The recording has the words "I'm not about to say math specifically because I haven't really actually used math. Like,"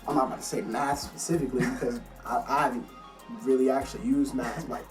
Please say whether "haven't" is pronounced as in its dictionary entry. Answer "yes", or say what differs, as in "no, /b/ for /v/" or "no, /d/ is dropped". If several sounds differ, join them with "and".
no, /v/ is dropped